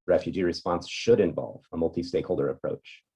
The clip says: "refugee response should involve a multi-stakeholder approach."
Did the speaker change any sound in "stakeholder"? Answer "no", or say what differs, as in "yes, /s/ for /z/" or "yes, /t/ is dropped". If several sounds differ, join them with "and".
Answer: no